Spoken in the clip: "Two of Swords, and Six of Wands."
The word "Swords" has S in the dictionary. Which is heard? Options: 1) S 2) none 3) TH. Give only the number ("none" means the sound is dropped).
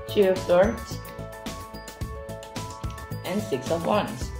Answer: 3